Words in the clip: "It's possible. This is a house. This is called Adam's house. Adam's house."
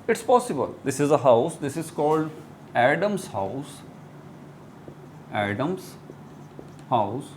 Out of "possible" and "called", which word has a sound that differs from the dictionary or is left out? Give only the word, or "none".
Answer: none